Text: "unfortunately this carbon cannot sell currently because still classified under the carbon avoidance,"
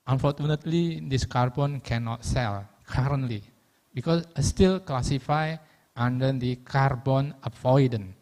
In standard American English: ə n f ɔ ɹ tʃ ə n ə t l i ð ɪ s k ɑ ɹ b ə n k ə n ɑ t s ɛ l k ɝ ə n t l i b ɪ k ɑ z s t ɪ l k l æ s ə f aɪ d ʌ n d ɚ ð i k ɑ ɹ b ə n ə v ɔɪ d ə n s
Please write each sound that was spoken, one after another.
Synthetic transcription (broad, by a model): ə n f ɔ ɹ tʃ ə n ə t l i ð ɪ s k ɑ ɹ b ə n k ə n ɑ t s ɛ l k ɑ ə n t l i b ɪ k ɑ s s t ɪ l k l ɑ s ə f aɪ ɑ n d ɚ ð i k ɑ ɹ b ə n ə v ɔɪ d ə n